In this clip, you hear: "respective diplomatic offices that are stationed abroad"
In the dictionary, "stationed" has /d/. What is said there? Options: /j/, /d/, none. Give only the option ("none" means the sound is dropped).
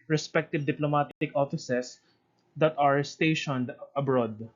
/d/